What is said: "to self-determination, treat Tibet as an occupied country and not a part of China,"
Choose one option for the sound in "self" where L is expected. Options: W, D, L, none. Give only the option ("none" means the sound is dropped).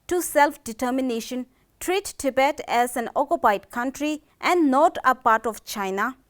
L